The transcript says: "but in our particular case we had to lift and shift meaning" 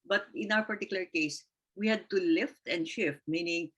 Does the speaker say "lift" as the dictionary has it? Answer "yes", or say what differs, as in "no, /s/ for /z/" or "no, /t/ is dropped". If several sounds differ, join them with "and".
yes